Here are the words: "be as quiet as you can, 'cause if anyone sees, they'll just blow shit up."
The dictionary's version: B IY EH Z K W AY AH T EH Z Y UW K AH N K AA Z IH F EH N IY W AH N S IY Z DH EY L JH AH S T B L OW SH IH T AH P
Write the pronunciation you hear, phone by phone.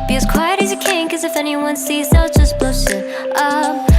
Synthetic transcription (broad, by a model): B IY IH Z K W AY AH T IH Z Y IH K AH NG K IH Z IH F EH N IY W AH N S IY Z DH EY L JH AH S B L OW S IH T AH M